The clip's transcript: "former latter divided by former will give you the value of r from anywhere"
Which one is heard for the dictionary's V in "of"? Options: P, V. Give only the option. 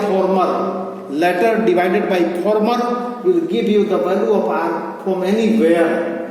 P